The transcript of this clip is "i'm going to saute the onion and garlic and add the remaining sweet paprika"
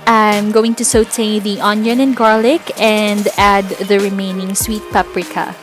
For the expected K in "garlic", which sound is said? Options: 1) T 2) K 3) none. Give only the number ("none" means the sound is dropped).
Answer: 2